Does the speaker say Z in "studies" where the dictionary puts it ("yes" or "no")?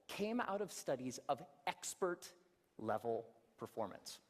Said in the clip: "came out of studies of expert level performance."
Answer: yes